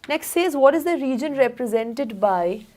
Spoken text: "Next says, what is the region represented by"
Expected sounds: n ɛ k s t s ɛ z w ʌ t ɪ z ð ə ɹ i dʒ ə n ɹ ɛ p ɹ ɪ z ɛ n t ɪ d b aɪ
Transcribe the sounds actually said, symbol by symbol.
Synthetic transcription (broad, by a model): n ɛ k s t s ɛ z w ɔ t ɪ z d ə ɹ i dʒ ə n ɹ ɛ p ɹ ɪ z ɛ n t ɪ d b aɪ